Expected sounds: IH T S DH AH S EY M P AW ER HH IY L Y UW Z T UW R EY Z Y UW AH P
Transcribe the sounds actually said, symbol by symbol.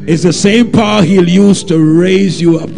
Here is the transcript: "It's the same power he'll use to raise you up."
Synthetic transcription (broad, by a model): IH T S DH AH S EY M P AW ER HH IY L Y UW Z T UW R EY Z Y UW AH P